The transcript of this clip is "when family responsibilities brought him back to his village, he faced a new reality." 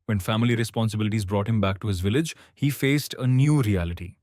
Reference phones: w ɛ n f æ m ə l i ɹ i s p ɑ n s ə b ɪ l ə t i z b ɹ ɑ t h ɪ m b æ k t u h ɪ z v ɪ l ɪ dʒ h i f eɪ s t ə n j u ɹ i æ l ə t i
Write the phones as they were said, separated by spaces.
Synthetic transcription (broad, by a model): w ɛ n f æ m ə l i ɹ i s p ɑ n s ə b ɪ l ə t i z b ɹ ɑ t h ɪ m b æ k t u h ɪ z v ɪ l ɪ dʒ h i f eɪ s t ə n j u ɹ i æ l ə t i